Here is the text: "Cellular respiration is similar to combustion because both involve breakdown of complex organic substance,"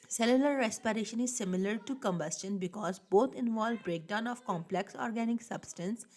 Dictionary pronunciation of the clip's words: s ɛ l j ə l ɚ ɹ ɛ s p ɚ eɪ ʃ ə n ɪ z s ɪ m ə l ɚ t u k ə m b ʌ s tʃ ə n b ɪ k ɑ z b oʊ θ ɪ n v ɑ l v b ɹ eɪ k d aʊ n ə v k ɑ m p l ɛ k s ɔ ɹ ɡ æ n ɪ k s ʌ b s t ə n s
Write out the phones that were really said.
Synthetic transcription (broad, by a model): s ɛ l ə l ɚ ɹ ɛ s p ɚ eɪ ʃ ə n ɪ z s ɪ m ə l ɚ t u k ə m b ʌ s tʃ ə n b ɪ k ɑ z b oʊ t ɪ n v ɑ l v b ɹ eɪ k d aʊ n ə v k ɑ m p l ɛ k s ɔ ɹ ɡ æ n ɪ k s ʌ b s t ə n s